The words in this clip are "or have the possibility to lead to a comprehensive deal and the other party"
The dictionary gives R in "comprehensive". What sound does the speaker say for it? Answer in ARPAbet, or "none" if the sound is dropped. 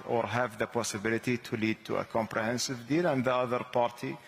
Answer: R